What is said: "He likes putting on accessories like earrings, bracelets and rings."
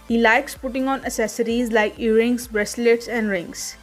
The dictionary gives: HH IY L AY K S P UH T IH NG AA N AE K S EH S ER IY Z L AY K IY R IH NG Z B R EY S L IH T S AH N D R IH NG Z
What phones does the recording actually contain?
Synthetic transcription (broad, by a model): HH IY L AY K S P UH T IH NG AA N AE S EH S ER IY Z L AY K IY R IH NG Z B R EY S L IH T S AH N D R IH NG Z